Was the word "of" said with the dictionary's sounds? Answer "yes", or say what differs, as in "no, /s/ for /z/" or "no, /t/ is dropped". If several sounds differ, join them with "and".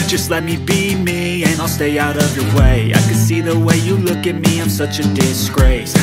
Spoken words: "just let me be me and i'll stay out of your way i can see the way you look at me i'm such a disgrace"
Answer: yes